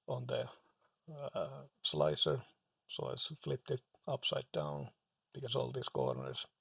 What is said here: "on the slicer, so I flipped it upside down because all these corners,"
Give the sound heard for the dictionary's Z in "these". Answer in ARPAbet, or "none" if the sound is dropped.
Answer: S